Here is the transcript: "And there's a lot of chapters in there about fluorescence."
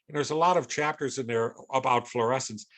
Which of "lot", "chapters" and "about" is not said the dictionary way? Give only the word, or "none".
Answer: none